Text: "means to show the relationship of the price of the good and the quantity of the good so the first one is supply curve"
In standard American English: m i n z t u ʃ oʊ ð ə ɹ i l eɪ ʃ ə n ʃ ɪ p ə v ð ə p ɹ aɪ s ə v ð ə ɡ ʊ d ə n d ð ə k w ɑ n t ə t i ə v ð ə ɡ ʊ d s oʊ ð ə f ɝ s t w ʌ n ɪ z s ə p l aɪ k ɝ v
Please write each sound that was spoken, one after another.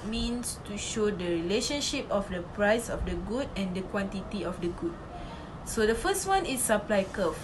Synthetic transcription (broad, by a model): m i n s t u ʃ oʊ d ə ɹ i l eɪ ʃ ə n ʃ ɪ p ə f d ə p ɹ aɪ s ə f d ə ɡ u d ə n d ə k w ɑ n t ə t i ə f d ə ɡ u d s oʊ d ə f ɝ s t w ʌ n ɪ s ə p l aɪ k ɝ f